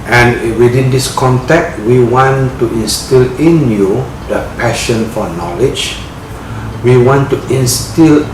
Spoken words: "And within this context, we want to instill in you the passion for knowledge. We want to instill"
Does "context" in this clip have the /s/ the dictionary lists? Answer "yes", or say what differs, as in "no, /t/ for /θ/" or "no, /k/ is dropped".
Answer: no, /s/ is dropped